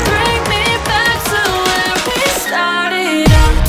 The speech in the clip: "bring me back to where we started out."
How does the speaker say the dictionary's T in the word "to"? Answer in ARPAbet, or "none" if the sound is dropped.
S